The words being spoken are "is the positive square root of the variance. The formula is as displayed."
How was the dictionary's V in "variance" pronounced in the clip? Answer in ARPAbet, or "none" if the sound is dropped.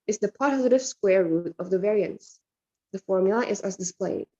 V